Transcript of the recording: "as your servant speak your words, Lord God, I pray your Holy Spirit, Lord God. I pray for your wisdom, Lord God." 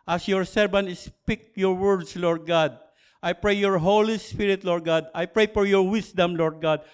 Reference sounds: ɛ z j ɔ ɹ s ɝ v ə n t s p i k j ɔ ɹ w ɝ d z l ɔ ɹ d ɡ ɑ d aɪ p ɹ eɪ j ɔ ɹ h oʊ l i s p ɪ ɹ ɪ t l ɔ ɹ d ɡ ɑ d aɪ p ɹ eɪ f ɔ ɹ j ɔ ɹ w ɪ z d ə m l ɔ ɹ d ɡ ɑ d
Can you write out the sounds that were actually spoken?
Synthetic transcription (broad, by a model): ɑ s j ɔ ɹ s ɝ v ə n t s p i k j ɔ ɹ w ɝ d s l ɔ ɹ d ɡ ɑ d aɪ p ɹ eɪ j ɔ ɹ h oʊ l i s p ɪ ɹ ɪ t l ɔ ɹ d ɡ ɑ d aɪ p ɹ eɪ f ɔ ɹ j ɔ ɹ w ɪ s d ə m l ɔ ɹ d ɡ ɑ d